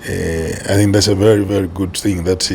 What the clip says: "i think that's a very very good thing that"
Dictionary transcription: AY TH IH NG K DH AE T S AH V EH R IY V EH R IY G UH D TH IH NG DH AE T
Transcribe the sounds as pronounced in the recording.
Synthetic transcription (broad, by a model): AY TH IH NG K DH AE T S AH V EH R IY V EH R IY G UH D TH IH NG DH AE T